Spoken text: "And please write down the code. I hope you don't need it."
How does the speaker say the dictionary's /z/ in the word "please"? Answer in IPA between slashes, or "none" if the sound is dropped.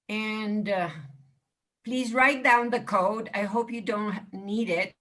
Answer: /z/